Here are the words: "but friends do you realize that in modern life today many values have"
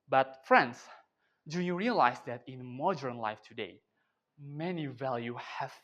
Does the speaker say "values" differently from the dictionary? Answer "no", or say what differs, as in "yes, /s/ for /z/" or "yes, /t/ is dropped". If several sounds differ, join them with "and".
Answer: yes, /z/ is dropped